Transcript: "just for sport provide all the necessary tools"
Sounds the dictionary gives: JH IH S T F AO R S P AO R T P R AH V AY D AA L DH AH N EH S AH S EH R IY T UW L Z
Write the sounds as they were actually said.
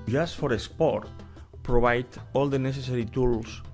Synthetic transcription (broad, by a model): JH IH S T F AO R S P AO R T P R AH B AY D AA L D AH N EH S AH S EH R IY T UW L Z